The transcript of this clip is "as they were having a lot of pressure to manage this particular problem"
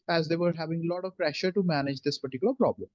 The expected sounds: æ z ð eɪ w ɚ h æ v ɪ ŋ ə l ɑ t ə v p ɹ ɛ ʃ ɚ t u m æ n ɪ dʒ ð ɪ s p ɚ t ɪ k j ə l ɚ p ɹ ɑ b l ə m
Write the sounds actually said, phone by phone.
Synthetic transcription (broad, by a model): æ z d eɪ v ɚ h æ v ɪ ŋ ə l ɑ t ə v p ɹ ɛ ʃ ɚ t u m æ n ɪ dʒ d ɪ s p ɚ t ɪ k j ə l ɚ p ɹ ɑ b l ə m